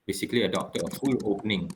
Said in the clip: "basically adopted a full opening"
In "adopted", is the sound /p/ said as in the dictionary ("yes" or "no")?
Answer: no